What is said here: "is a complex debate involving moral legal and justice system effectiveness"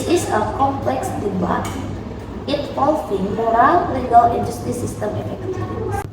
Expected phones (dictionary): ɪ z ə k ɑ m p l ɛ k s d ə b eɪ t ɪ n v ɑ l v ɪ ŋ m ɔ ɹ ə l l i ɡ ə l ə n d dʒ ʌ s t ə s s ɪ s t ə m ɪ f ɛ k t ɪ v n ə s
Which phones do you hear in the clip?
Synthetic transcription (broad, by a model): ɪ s ə k ɑ m p l ɛ k s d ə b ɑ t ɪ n f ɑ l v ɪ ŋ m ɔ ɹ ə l l i ɡ ə l ə n d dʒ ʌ s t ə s s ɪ s t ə m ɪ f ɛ k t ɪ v